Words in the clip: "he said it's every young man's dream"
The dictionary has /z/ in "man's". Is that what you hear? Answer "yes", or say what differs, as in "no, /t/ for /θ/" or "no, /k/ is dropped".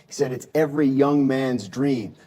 yes